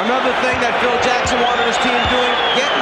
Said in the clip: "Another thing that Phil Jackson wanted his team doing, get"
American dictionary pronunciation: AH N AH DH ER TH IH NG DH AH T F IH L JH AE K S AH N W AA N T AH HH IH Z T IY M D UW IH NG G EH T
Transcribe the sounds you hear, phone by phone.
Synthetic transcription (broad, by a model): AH N AH DH ER TH IH NG DH AH T F IH L JH AE K S AH N W AA T AH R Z T IY M D UW IH NG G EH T